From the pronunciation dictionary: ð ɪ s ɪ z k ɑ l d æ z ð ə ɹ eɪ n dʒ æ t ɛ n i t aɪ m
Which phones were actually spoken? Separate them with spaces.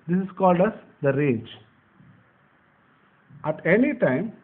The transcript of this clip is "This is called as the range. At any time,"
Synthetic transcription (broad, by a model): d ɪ s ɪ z k ɑ l d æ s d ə ɹ eɪ dʒ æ t ɛ n i t aɪ m